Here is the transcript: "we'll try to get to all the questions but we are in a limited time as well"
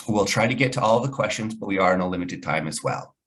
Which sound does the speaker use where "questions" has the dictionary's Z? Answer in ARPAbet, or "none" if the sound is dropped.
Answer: Z